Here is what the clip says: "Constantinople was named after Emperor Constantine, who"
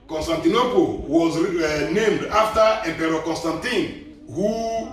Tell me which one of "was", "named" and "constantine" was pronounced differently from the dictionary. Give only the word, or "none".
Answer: none